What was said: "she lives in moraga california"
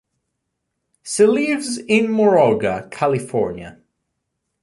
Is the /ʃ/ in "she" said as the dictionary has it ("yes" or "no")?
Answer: no